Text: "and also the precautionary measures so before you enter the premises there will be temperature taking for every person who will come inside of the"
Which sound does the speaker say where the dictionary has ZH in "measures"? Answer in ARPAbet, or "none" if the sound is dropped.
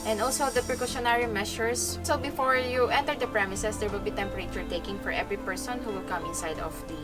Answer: SH